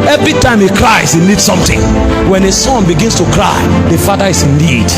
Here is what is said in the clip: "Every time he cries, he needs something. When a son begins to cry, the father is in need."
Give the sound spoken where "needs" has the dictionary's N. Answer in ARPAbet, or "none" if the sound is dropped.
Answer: L